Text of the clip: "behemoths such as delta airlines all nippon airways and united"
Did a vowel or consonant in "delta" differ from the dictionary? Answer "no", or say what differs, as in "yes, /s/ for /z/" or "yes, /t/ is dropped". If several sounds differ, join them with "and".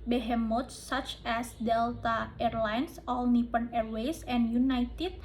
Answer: no